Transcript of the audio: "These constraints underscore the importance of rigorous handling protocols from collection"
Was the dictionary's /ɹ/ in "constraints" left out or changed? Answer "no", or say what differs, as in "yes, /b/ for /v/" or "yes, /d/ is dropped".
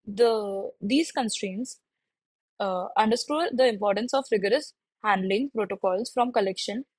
no